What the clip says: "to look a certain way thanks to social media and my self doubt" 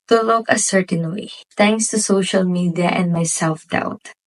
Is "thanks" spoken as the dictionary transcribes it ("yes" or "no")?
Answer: no